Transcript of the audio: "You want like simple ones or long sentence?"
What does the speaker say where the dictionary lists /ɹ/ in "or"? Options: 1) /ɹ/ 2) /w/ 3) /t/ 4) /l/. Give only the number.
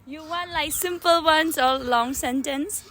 4